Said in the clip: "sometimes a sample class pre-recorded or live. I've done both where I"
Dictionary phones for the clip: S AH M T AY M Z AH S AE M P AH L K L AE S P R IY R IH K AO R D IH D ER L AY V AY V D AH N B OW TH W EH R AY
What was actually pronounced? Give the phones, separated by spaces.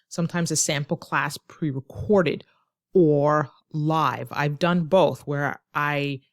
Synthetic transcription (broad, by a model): S AH M T AY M Z AH S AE M P L K L AE S P R IY R IH K AO R D IH D ER L AY V AY V D AH N B OW TH W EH R AY